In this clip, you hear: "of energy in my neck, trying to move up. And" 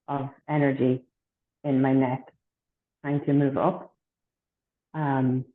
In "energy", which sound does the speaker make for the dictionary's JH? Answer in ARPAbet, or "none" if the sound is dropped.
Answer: JH